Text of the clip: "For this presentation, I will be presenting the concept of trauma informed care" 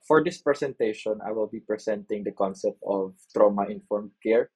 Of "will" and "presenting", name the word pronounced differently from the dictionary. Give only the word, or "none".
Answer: presenting